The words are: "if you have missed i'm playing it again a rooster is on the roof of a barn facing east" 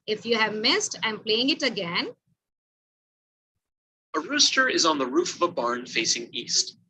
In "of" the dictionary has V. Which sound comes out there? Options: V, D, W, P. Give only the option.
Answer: V